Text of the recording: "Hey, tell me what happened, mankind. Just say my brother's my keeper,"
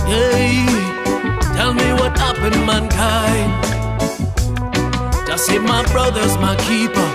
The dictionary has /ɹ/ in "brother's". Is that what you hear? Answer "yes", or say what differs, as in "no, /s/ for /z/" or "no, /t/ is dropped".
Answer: yes